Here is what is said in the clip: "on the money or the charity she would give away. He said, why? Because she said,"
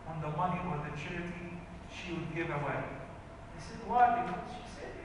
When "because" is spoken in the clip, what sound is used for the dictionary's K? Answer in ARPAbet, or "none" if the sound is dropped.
none